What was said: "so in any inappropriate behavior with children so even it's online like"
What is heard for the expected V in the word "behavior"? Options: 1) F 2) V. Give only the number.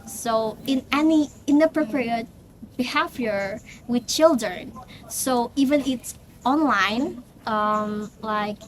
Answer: 1